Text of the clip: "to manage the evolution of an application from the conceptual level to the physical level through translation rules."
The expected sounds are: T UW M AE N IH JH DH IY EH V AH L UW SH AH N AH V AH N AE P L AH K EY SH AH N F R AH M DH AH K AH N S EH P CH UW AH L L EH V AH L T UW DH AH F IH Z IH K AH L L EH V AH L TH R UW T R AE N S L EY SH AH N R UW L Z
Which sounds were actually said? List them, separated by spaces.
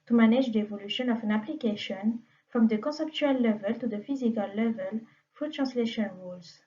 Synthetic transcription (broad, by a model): T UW M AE N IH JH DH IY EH V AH L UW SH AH N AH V AH N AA P L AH K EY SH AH N F R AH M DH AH K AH S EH P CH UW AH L L EH V AH L T UW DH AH F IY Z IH K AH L L EH V AH L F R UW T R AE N S L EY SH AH N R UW L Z